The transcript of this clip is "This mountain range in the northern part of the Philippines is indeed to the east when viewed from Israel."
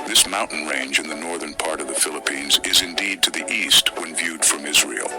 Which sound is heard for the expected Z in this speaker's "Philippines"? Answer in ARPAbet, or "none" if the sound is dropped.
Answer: Z